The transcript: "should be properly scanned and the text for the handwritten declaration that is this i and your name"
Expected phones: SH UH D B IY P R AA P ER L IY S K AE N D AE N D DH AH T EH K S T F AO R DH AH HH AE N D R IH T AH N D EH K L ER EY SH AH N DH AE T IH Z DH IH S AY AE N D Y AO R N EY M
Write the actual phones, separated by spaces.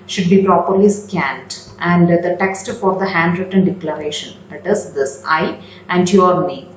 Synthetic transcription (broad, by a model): SH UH D B IY P R AA P ER L IY S K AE N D AE N D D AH T EH K S T F AO R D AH HH AE N D R IH T AH N D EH K L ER EY SH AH N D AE T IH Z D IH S AY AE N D Y AO R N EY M